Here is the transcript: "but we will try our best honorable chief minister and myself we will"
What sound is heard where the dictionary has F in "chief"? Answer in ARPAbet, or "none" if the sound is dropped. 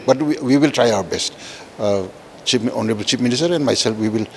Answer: P